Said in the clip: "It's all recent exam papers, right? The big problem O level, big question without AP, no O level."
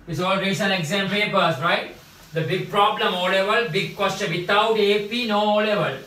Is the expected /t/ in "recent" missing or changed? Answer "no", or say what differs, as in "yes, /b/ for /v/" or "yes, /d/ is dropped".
yes, /t/ is dropped